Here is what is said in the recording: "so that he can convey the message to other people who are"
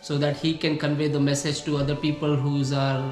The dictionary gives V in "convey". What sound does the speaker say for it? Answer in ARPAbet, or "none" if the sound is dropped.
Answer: V